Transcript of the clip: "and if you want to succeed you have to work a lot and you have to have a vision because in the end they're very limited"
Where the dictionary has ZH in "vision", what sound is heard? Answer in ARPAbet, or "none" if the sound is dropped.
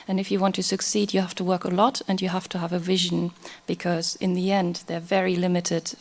ZH